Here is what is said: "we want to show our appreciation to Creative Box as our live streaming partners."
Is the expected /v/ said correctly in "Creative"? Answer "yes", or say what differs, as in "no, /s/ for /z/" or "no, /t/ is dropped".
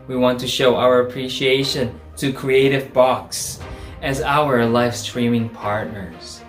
yes